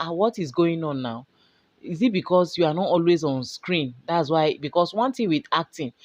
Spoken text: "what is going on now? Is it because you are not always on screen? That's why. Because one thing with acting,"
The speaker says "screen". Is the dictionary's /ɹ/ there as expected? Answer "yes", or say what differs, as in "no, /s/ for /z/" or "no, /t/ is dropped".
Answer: yes